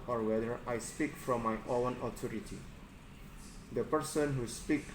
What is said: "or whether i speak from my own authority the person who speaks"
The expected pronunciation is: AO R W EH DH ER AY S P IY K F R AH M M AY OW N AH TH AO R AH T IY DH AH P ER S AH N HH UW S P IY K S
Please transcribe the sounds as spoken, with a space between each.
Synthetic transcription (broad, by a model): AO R W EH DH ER AY S P IY K F R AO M M AY OW N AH T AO R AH T IY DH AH P ER S AH N HH UW S P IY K